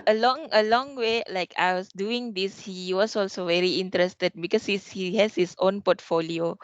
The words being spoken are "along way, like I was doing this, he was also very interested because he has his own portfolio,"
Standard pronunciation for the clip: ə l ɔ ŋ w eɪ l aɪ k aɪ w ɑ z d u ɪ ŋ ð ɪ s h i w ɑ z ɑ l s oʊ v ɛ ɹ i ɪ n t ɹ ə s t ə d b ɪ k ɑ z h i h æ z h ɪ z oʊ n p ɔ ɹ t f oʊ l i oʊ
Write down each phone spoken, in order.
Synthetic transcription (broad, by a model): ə l ɔ ŋ w eɪ l aɪ k aɪ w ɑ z d u ɪ ŋ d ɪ s h i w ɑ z ɑ l s oʊ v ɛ ɹ i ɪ n t ɹ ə s t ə d b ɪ k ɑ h h i h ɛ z h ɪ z oʊ n p ɔ t f oʊ l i oʊ